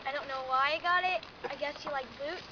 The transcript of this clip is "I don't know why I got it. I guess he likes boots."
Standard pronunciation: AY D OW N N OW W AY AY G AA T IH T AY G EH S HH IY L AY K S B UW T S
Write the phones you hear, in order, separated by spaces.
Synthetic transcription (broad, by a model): AY D OW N N OW W AY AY G AA T IH T AY G EH S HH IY L AY K B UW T